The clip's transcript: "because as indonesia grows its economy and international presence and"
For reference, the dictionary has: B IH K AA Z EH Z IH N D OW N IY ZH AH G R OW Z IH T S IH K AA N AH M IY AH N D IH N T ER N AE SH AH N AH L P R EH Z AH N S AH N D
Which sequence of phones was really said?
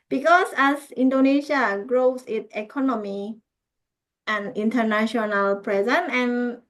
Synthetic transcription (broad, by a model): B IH K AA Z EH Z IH N D OW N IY SH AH G R OW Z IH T IH K AA N AH M IY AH N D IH N T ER N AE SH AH N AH L P R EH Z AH N AH N